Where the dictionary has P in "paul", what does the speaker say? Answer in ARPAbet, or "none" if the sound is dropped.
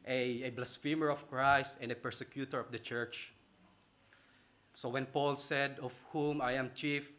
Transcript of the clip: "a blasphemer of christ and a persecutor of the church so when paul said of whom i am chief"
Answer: P